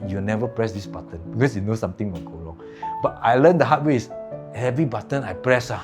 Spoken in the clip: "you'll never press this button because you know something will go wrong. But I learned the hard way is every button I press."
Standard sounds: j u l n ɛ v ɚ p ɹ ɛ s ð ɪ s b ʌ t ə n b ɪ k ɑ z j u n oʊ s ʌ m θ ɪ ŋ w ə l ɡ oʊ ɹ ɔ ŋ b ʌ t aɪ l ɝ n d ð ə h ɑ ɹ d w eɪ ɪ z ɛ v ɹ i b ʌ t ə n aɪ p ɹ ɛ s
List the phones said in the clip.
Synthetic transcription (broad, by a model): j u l n ɛ v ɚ p ɹ ɛ s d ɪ s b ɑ t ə n b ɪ k ɑ s j u n oʊ s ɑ m t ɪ ŋ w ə n ɡ oʊ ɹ ɔ ŋ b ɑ t aɪ l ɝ n d ə h ɑ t w eɪ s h ɛ v ɹ i b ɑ t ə n aɪ p ɹ ɛ s